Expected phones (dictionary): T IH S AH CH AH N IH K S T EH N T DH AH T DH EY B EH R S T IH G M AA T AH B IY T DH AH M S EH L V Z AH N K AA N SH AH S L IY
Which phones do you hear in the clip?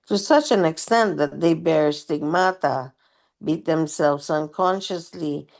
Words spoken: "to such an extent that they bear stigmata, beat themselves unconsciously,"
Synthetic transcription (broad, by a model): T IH S AH CH AH N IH K S T EH N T DH AH T DH EY B EH R S T IH G M AA T AH B IY T DH AH M S EH L V Z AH N K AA N SH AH S L IY